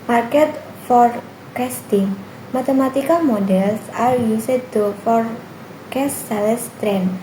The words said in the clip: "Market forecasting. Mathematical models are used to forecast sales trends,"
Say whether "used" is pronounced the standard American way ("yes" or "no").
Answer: no